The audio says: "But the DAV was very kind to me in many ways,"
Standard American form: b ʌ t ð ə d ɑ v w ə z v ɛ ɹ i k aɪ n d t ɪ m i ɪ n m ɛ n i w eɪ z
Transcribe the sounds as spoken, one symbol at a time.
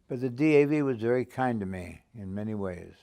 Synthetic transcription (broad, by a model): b ʌ t ð ə d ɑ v w ə z v ɛ ɹ i k aɪ n t ɪ m i ɪ n m ɛ n i w eɪ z